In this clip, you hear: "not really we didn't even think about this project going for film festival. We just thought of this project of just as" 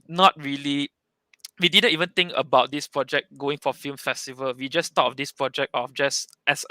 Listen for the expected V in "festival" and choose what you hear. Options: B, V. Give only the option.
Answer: V